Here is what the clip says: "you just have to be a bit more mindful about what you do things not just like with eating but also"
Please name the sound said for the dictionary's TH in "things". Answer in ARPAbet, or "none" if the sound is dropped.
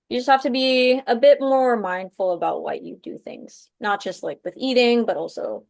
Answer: TH